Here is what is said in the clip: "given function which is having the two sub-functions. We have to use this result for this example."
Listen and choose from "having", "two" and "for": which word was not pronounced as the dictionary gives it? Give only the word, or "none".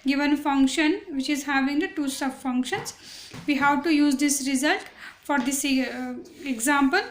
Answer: none